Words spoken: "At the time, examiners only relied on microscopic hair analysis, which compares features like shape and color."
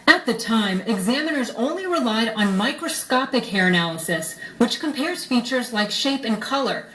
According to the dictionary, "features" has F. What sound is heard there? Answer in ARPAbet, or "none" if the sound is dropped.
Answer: F